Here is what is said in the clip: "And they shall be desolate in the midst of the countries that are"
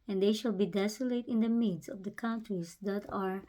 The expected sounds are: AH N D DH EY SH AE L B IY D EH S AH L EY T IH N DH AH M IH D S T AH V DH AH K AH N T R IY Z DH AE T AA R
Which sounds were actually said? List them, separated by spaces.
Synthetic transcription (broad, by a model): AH N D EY SH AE L B IY D EH S AH L EY T IH N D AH M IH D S AH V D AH K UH N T R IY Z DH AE T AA R